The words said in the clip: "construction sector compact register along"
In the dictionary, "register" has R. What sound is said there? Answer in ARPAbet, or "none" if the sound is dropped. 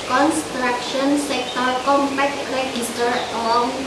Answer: L